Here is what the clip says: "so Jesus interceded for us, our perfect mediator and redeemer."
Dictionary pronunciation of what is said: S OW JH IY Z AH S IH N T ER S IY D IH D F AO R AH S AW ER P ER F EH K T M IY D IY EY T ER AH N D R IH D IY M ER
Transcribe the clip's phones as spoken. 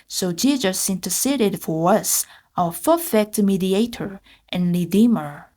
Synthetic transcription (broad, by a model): S OW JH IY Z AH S IH N T ER S IY D IH D F AO R AH S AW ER F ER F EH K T M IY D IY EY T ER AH N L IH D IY M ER